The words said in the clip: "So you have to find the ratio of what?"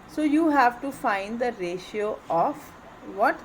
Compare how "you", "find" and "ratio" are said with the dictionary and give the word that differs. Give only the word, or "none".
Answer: none